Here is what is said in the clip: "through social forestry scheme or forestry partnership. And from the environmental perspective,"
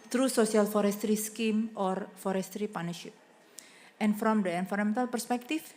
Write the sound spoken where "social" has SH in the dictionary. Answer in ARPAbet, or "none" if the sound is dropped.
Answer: S